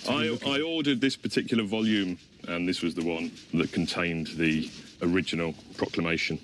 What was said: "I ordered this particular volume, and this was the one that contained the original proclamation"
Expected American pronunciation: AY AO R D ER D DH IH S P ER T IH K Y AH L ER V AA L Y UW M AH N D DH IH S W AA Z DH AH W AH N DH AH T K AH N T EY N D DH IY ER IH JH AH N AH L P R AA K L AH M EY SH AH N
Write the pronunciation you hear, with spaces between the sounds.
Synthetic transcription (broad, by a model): AY AO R D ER D DH IH S P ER T IH K Y L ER V AA L Y UW M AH N DH IH S W AA Z DH AH W AH N DH AH T K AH N T EY N DH IY ER IH JH AH N AH L P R AA K L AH M EY SH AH N